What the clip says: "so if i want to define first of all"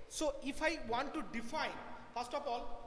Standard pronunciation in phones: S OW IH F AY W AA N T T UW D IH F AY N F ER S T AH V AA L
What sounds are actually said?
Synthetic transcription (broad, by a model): S OW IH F AY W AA N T T UW D IH F AY N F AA S T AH P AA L